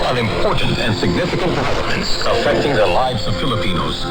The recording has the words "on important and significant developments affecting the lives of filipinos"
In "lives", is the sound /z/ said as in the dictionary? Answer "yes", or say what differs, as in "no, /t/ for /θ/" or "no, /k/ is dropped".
yes